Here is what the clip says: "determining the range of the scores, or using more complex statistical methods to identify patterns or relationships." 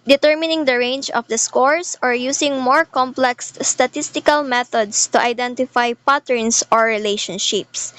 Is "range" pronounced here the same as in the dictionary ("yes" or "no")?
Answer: yes